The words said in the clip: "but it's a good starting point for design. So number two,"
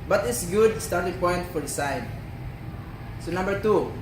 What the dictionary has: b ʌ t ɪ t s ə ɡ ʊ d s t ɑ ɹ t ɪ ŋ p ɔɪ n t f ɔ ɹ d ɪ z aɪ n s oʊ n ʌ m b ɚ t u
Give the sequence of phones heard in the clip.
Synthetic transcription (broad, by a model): b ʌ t ɪ t s ɡ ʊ d s t ɑ ɹ t ɪ ŋ p ɔɪ n t f ɔ ɹ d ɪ s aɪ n s oʊ n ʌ m b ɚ t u